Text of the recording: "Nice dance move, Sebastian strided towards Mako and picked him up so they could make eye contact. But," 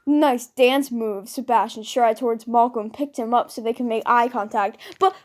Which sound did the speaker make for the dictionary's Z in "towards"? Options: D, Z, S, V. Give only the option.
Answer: Z